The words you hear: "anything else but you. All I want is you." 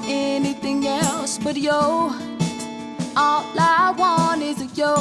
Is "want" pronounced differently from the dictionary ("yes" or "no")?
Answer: yes